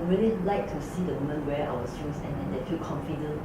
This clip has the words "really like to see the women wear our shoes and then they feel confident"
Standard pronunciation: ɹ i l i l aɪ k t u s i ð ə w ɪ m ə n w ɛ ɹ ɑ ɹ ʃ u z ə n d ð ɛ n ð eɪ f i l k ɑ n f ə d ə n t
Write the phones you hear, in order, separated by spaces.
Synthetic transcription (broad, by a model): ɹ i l i l aɪ k t u s i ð ə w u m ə n w ɛ w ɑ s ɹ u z ə n d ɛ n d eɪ f i l k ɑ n f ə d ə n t